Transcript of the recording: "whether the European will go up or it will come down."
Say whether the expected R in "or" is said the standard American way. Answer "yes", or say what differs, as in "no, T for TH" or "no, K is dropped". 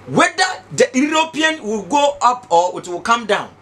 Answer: no, W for R